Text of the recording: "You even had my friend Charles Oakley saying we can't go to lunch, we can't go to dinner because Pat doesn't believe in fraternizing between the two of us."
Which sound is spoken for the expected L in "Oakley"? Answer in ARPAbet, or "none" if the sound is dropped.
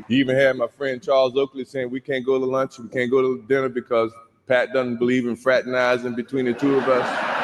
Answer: L